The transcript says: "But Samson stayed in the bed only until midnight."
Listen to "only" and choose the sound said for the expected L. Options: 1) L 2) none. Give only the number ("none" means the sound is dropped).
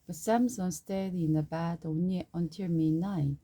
2